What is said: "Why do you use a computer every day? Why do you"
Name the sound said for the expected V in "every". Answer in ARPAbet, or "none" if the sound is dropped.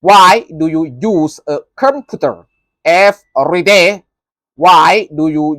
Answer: F